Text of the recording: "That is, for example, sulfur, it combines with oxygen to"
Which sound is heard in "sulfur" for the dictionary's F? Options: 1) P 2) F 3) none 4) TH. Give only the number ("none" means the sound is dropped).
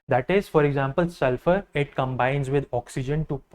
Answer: 2